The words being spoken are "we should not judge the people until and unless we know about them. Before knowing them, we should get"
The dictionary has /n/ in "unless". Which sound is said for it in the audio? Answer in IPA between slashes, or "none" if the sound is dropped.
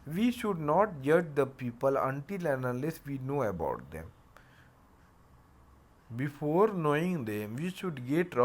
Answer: none